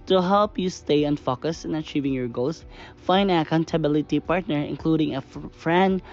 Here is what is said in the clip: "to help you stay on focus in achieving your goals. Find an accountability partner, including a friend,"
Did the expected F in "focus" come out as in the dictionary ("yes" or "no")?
yes